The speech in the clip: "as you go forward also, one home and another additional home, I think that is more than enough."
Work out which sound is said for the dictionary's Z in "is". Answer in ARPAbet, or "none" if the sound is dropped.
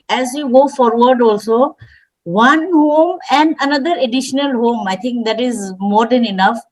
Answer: Z